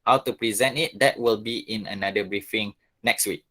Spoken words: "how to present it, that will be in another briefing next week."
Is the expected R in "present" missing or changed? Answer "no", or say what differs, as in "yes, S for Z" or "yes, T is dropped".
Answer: no